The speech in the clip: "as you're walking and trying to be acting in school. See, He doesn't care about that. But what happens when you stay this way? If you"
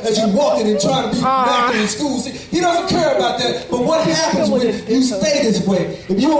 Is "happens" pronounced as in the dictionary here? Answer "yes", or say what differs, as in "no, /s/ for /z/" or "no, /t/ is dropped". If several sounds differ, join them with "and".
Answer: yes